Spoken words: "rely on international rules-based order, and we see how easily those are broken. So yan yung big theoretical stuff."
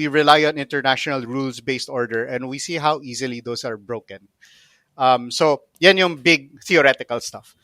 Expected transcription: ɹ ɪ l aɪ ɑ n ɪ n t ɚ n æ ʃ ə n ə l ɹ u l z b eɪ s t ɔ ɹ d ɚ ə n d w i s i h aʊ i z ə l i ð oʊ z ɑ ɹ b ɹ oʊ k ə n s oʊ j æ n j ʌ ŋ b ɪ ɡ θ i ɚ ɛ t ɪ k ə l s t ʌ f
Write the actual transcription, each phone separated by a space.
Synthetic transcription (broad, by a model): ɹ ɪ l aɪ ɑ n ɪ n t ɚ n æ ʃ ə n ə l ɹ u l s b eɪ s t ɔ ɹ d ɚ ə n d w i s i h aʊ i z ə l i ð oʊ s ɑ ɹ b ɹ oʊ k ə n s oʊ j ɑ n j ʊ ŋ b ɪ ɡ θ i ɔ ɛ t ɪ k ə l s t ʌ f